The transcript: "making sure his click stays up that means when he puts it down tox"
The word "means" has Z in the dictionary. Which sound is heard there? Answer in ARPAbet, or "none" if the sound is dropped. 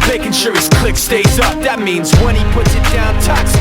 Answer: Z